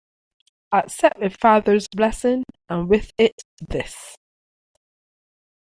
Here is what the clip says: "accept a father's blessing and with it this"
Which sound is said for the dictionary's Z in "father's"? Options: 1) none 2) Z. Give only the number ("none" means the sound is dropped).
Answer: 2